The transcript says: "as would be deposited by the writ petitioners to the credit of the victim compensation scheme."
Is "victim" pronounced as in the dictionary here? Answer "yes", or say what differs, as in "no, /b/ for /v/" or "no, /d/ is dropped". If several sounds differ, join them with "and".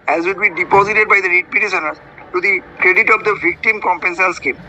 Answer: yes